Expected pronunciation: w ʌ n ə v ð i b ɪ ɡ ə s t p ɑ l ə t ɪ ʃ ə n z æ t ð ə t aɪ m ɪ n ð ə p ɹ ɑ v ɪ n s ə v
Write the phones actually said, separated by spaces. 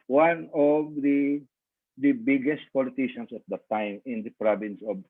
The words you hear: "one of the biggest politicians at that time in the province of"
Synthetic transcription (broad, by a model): w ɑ n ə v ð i b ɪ ɡ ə s t p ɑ l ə t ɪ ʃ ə n s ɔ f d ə t aɪ m ɪ n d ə p ɹ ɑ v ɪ n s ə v